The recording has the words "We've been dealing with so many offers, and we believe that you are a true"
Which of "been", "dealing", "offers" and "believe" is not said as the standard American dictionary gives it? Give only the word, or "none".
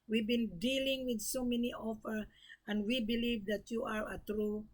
offers